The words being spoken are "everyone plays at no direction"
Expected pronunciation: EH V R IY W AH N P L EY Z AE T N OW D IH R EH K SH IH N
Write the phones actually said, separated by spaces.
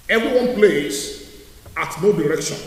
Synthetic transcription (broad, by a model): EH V R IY W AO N P L EY S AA T N OW D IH R EH K SH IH N